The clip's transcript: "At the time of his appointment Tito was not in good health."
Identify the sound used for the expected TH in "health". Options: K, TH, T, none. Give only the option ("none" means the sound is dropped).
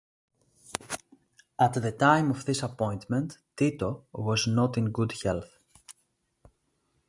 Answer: TH